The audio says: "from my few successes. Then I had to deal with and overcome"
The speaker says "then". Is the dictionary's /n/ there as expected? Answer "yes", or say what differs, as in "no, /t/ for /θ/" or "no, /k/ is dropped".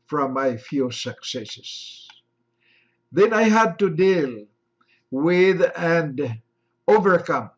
yes